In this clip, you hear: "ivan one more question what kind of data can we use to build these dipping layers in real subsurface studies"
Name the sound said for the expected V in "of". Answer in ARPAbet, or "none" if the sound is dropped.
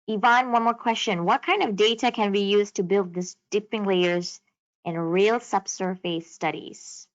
V